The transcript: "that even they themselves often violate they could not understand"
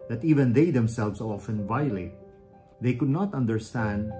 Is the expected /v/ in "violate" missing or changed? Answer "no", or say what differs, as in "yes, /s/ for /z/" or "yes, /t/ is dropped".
no